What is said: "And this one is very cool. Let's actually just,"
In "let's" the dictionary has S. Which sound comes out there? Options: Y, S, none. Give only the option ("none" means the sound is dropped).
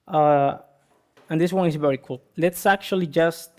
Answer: S